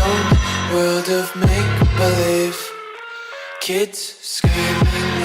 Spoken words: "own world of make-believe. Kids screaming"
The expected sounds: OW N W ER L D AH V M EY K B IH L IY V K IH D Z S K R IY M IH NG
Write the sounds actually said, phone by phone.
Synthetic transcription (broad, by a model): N W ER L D AH V M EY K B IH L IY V K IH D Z S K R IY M